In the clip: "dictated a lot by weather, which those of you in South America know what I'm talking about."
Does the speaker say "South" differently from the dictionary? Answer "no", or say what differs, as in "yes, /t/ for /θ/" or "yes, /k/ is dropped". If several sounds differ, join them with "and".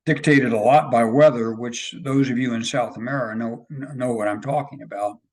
no